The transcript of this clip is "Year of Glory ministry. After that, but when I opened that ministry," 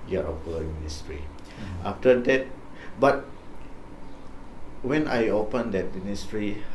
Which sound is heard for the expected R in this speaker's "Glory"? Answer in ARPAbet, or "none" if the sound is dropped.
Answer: L